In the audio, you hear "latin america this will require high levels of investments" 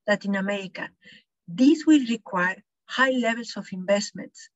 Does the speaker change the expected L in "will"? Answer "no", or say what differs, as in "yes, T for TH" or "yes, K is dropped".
no